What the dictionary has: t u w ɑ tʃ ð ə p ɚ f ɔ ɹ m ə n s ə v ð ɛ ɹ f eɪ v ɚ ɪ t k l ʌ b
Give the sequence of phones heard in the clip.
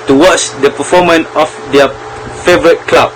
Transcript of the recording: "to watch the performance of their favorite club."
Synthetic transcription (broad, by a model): t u w ɑ tʃ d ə p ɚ f ɔ m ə n ə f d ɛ f eɪ v ɚ ɪ t k l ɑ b